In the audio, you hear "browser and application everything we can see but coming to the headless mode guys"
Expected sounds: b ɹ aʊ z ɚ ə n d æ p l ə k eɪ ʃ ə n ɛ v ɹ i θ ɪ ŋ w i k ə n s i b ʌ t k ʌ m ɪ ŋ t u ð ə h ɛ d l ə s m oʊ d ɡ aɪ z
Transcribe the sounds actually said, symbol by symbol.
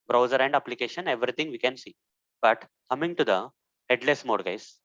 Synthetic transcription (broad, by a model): b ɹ aʊ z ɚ ə n d æ p l ə k eɪ ʃ ə n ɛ v ɹ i t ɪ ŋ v i k ə n s i b ʌ t k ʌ m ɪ ŋ t u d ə h ɛ d l ə s m oʊ d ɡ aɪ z